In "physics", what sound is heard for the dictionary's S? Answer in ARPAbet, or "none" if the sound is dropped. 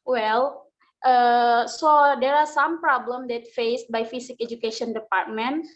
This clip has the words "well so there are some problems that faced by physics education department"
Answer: none